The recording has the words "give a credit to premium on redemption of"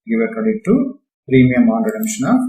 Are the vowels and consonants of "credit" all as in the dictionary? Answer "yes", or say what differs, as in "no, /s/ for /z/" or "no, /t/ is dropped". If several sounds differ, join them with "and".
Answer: no, /ɹ/ is dropped